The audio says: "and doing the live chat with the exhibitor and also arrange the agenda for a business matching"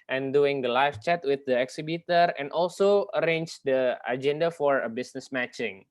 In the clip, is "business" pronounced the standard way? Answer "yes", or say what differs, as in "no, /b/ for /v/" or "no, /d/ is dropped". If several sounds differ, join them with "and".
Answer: no, /s/ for /z/